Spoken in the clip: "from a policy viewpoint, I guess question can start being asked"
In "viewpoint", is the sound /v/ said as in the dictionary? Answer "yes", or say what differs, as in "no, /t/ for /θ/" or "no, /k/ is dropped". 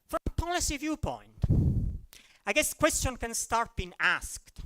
yes